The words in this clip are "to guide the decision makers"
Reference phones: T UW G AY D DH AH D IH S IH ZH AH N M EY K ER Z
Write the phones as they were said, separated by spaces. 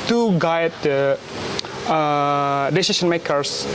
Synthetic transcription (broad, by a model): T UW G AY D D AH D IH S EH SH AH N M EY K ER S